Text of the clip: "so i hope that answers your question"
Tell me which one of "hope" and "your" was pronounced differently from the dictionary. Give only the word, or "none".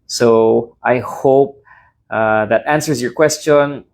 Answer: none